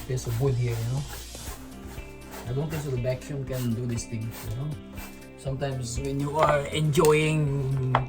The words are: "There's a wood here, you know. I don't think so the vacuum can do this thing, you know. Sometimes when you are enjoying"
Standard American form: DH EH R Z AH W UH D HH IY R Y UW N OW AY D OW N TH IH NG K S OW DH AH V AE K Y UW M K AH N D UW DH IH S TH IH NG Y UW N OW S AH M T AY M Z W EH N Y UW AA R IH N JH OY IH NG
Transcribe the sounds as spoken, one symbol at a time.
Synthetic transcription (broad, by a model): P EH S AH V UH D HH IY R Y UW N OW AY D OW N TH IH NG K S OW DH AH B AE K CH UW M K AH N D UW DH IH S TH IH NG Y UW N OW S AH M T AY M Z W EH N Y UW AA R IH N JH OY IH NG